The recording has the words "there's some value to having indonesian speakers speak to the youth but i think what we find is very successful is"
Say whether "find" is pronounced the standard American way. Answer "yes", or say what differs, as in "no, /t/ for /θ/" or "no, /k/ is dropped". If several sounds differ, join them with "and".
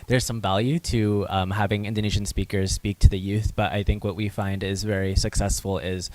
yes